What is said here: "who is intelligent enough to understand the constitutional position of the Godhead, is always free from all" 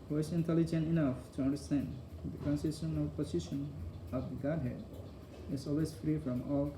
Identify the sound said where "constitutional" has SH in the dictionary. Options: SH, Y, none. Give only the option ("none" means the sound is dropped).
none